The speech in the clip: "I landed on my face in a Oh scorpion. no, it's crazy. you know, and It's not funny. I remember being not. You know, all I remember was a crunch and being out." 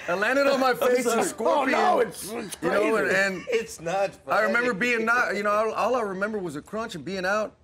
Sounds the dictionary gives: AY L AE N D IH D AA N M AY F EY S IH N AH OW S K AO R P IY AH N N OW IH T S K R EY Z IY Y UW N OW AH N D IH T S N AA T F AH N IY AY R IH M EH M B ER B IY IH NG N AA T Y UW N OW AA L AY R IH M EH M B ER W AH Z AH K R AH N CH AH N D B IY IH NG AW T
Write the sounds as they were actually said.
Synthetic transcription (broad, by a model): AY L AE N D IH D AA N M AY F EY IH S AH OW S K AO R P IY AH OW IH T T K Y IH N OW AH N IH N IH T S N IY AY R IH M EH M B ER B IY IH NG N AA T Y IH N OW AA L AY R IH M EH M B ER W AH Z AH K R AH N CH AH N B IY IH NG AW T